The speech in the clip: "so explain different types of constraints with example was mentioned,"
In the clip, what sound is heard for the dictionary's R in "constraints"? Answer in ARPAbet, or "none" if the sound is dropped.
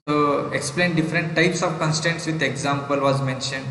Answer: none